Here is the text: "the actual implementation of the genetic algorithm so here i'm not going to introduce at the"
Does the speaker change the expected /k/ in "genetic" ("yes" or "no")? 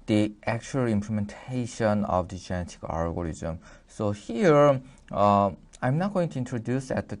no